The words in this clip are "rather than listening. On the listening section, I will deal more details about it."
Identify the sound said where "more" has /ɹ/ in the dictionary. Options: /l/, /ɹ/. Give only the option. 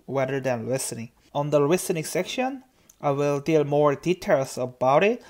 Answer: /ɹ/